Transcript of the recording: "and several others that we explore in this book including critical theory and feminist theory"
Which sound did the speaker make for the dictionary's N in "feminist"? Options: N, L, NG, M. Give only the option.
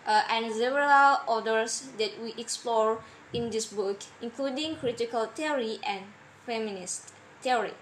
N